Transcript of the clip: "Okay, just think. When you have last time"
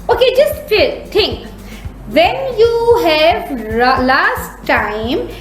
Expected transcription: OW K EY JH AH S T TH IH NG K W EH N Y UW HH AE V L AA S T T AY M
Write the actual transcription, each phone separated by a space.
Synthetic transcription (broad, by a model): OW K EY JH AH S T T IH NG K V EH N Y UW HH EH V L AA S T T AY M